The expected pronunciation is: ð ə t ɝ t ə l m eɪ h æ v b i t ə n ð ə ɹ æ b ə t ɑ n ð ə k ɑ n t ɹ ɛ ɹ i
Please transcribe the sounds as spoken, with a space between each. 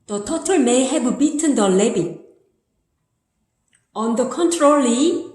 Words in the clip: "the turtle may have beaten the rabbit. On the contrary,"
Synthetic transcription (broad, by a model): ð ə t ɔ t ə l m eɪ h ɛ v b i t ə n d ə l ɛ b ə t ɑ n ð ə k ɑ n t ɹ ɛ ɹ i